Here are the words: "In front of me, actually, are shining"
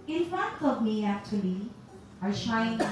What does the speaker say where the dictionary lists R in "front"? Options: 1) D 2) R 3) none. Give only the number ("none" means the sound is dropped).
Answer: 3